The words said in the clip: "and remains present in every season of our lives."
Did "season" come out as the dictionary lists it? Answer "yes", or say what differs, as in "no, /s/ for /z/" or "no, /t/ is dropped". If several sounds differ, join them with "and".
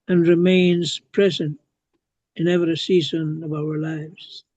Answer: yes